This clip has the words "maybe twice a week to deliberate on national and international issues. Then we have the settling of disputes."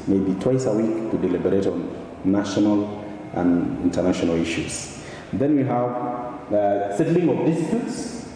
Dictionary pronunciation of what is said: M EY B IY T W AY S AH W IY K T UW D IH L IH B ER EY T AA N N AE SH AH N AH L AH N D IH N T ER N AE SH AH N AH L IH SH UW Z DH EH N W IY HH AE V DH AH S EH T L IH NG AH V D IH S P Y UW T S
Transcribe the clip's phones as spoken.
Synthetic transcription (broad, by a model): M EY B IY T W AY S AH W IY K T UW D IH L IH B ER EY T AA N N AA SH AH N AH L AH N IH N T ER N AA SH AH N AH L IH SH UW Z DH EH N W IY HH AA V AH S EH T L IH NG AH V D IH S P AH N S